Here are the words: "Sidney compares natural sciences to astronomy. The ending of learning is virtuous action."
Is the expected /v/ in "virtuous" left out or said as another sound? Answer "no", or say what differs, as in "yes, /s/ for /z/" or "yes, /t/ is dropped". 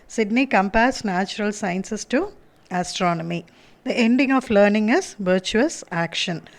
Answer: no